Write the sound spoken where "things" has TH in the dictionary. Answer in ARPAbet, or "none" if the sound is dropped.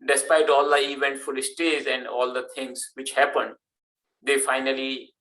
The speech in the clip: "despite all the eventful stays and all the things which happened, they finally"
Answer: T